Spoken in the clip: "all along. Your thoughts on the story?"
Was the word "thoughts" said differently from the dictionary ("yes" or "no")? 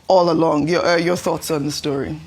no